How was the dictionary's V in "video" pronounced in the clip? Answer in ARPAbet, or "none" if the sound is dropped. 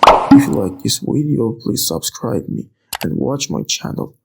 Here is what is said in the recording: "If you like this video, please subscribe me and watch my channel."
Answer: W